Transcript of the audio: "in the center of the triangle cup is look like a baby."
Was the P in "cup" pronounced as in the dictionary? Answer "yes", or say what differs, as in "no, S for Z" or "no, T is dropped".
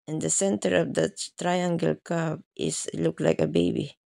no, B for P